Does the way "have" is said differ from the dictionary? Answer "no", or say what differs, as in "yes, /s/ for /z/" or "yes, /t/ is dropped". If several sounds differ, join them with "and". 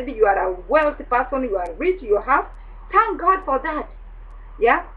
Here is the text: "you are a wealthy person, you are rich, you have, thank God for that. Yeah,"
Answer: yes, /f/ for /v/